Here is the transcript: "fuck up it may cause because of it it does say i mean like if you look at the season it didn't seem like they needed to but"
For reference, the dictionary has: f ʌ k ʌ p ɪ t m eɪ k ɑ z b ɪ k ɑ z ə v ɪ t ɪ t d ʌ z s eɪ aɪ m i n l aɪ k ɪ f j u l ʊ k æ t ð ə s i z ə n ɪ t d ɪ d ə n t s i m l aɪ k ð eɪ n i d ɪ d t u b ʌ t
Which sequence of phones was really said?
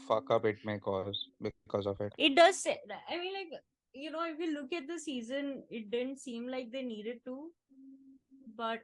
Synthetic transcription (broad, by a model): f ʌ k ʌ b ɪ t m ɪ k ɑ z b ɪ k ɑ z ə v ɪ t ɪ t d ʌ z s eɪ aɪ m i n l aɪ k ɪ f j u l ʊ k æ t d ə s i z ə n ɪ t d ɪ d ə n t s i m l aɪ k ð eɪ n i d ɪ d t u b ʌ t